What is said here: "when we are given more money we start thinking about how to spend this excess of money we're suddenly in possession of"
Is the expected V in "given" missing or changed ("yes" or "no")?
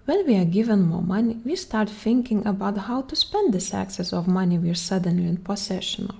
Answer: no